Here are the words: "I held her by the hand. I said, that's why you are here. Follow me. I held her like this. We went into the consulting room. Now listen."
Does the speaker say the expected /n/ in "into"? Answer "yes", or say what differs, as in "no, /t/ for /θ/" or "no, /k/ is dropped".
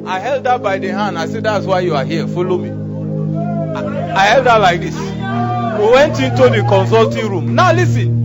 yes